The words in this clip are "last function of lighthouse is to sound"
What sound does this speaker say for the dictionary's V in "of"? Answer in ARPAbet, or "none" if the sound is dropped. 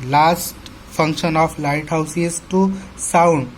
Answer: P